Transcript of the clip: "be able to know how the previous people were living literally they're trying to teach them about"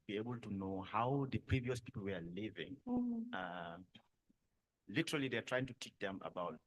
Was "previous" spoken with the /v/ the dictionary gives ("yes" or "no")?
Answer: yes